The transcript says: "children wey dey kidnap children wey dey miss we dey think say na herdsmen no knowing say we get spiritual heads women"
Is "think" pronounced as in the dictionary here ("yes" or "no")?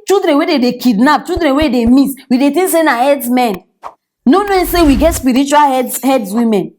no